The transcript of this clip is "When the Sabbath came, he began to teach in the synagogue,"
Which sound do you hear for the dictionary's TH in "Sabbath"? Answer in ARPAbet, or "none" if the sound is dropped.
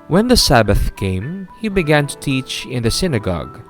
TH